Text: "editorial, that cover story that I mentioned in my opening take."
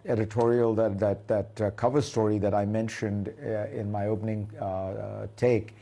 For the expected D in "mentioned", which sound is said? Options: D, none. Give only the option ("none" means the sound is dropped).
D